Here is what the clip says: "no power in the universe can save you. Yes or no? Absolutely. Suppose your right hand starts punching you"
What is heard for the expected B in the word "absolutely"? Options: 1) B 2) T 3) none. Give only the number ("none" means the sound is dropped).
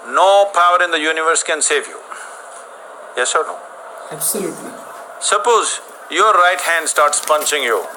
3